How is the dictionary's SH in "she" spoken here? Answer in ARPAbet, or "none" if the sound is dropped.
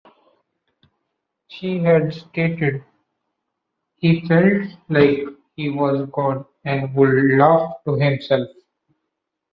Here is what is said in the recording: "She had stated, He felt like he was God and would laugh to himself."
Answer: SH